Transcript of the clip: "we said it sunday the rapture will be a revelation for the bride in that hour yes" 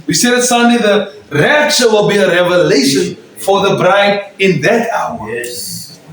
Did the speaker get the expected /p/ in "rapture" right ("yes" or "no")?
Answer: no